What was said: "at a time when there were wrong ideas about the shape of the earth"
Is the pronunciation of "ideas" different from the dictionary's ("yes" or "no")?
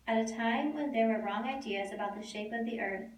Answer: no